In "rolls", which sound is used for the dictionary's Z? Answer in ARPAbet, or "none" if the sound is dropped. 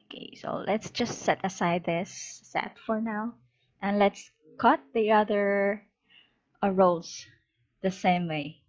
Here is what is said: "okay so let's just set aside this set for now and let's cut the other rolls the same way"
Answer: S